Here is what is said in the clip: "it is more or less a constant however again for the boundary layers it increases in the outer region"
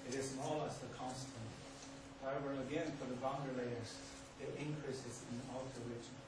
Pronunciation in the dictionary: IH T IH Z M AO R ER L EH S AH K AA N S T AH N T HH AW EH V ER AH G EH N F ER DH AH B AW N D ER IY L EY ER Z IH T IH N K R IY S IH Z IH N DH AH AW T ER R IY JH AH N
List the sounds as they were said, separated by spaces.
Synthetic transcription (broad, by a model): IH T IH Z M AO L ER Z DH AH K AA N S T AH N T HH AW EH V ER AH G EH N F ER DH AH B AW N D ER L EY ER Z IH T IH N K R IY S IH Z IH N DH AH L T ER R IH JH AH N